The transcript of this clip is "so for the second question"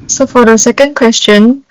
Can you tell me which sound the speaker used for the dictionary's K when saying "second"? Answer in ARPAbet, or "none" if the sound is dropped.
K